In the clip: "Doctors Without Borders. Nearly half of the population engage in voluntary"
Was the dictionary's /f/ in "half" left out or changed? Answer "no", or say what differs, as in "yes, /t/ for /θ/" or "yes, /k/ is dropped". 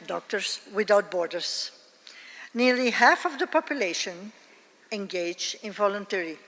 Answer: no